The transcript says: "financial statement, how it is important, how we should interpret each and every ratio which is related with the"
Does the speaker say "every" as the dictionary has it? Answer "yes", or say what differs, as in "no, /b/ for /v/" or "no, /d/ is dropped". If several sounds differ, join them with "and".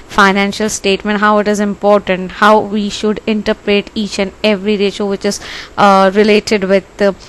yes